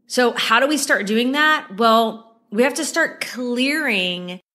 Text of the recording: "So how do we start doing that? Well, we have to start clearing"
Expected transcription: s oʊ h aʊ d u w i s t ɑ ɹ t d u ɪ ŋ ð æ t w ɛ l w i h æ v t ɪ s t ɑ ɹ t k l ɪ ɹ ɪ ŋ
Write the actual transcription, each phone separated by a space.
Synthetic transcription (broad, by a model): s oʊ h aʊ d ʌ w i s t ɑ ɹ t d u ɪ ŋ ð æ t w ɛ l w i h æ f t ɪ s t ɑ ɹ t k l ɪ ɹ ɪ ŋ